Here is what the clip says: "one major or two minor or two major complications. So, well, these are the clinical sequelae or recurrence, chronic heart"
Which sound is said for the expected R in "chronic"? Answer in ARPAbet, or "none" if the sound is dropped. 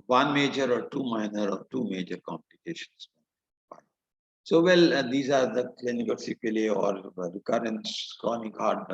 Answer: none